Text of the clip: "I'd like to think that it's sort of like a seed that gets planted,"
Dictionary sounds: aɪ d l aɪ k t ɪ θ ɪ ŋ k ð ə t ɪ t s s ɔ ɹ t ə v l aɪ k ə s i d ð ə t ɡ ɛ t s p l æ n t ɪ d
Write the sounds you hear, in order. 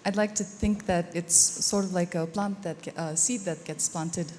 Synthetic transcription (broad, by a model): aɪ d l aɪ k t ɪ θ ɪ ŋ k ð ə t ɪ t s s ɔ ɹ t ə v l aɪ k ə s i d ð ə t ɡ ɛ t s p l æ n t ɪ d